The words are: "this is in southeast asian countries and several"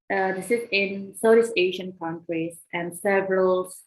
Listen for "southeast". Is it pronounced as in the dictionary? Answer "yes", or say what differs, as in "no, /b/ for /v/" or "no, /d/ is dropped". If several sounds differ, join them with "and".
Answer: no, /t/ is dropped